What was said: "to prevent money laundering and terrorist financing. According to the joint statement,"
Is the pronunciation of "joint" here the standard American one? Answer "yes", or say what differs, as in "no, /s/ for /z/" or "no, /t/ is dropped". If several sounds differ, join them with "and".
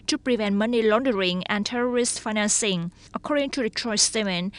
no, /tʃ/ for /dʒ/